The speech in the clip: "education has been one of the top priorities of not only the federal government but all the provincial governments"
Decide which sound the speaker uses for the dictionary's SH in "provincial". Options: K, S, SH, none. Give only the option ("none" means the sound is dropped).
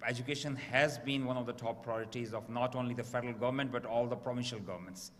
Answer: SH